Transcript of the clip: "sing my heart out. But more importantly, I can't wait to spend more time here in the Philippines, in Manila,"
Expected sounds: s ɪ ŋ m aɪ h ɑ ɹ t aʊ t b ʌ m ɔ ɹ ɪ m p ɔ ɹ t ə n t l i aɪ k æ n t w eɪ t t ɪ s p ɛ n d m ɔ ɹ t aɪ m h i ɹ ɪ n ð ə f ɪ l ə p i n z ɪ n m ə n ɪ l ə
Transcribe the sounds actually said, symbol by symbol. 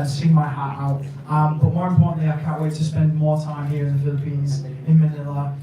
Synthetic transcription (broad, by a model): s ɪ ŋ m aɪ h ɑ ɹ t aʊ t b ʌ m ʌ w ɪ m p ɔ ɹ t n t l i aɪ k æ n t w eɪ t t ɪ s p ɛ n d m ɔ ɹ t aɪ m h i ɹ ɪ n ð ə f ɪ l ə p i n z ɪ n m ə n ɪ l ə